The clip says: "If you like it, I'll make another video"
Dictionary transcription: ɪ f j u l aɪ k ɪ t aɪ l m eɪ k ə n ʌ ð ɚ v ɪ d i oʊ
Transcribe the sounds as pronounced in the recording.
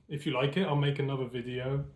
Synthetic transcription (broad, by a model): ɪ f j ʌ l aɪ k ɪ t aɪ l m eɪ k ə n ʌ ð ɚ v ɪ d i oʊ